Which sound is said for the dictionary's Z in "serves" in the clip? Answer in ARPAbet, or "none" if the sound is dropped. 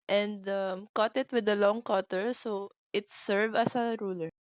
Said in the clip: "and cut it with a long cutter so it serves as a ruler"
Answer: none